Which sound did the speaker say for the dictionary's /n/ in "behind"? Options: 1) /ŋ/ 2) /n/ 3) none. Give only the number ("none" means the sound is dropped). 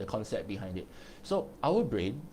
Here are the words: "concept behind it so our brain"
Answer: 2